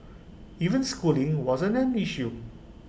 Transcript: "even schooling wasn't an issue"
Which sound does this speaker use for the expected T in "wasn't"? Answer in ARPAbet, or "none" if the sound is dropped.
none